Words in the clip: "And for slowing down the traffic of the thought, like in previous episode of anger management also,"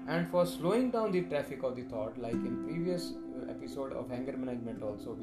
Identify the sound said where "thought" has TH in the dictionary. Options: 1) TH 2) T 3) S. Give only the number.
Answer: 2